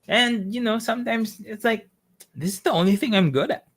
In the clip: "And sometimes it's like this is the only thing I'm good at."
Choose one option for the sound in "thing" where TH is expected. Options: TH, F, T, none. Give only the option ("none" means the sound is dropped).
TH